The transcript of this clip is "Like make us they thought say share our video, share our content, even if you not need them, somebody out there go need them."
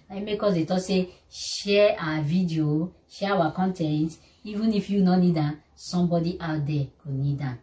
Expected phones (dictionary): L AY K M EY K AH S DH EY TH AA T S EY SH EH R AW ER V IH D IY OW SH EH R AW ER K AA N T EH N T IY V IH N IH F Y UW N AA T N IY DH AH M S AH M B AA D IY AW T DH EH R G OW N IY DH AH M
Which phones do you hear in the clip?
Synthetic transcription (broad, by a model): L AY M EY K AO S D EY T AA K S EY SH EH AW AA V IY D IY OW SH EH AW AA K AA N T EH N T IY V IH N IH F Y UW N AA N IY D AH S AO M B AA D IY AW T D EH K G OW N IY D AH